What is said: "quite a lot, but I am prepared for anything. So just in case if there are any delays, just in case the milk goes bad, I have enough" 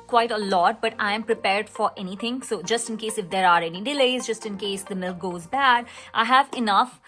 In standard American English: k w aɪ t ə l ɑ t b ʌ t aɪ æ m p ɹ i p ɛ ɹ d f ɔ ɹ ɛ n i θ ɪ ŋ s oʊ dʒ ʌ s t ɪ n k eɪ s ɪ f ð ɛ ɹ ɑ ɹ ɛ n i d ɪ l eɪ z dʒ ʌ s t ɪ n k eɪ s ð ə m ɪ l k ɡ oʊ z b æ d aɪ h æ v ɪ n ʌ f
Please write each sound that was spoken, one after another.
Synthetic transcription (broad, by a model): k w aɪ t ə l ɑ t b ʌ t aɪ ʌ m p ɹ i p ɛ ɹ d f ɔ ɹ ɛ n i t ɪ ŋ s oʊ dʒ ʌ s t ɪ n k eɪ s ɪ f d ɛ ɹ ɑ ɹ ɛ n i d ɪ l eɪ z dʒ ʌ s t ɪ n k eɪ s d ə m ɪ l k ɡ oʊ z b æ d aɪ h æ v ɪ n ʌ f